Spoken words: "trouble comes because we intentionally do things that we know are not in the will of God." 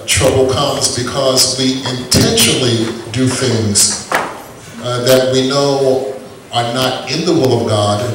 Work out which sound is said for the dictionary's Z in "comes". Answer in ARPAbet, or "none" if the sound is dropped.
Z